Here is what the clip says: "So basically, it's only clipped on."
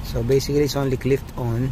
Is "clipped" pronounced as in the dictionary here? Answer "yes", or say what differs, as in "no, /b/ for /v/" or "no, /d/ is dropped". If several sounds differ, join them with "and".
no, /f/ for /p/